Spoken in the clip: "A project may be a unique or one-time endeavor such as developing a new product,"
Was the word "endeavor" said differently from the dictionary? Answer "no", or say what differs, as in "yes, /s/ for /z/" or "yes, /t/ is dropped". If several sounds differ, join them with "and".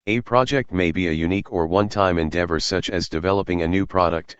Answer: no